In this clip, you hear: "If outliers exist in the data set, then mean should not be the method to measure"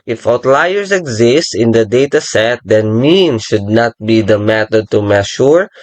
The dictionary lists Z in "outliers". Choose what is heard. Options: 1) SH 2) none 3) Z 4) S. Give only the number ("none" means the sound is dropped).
4